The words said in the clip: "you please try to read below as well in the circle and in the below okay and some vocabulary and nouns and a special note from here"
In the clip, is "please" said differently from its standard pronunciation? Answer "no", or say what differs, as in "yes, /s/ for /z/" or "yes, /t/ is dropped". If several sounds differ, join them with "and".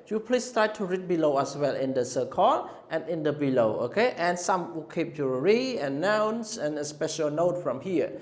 yes, /s/ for /z/